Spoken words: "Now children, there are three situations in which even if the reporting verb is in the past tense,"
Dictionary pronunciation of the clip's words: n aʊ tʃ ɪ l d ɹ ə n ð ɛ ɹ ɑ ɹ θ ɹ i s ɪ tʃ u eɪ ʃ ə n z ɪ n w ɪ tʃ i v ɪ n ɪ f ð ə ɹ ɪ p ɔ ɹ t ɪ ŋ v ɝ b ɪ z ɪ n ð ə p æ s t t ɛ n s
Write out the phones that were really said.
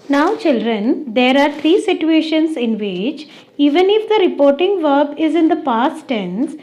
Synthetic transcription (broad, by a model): n aʊ tʃ ɪ l d ɹ ə n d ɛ ɹ ɑ ɹ t ɹ i s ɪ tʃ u eɪ ʃ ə n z ɪ n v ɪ tʃ i v ɪ n ɪ f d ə ɹ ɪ p ɔ ɹ t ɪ ŋ v ɝ b ɪ z ɪ n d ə p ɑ s t t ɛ n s